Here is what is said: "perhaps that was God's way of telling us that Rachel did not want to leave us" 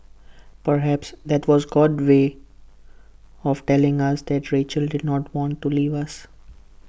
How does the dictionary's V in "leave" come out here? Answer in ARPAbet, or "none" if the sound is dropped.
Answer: V